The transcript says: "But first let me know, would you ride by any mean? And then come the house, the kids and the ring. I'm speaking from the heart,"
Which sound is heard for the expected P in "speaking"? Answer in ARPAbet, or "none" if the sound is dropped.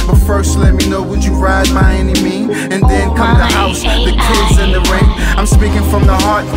P